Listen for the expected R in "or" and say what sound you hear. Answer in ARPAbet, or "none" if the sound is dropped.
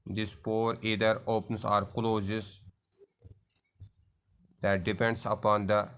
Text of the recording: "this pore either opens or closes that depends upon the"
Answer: R